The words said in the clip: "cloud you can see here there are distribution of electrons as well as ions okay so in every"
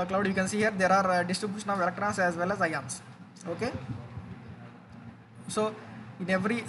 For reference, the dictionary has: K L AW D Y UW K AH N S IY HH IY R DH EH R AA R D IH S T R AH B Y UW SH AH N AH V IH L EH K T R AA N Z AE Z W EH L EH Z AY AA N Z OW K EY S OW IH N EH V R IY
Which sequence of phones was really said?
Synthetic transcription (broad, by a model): K L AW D Y UW K AH N S IY HH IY R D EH R AA R D IH S T R AH B Y UW SH AH N AH V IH L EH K T R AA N S AE Z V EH L EH Z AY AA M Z OW K EY S OW IH N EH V R IY